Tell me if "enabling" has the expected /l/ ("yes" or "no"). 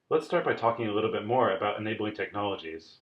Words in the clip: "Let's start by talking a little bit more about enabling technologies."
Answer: yes